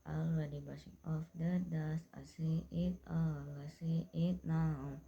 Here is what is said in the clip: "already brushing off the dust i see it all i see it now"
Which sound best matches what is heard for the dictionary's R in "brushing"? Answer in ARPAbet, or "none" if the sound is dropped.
none